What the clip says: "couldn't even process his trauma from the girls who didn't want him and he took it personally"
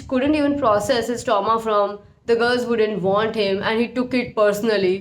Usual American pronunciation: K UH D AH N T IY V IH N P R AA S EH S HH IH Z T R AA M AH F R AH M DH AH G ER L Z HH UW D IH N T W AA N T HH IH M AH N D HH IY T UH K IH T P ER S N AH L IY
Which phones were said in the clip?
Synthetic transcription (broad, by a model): K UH D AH N T IY V IH N P R AA S EH S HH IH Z T AA M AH F R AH M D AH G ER L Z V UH D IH N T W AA N T HH IH M AH N D HH IY T UH K IH T P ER S N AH L IY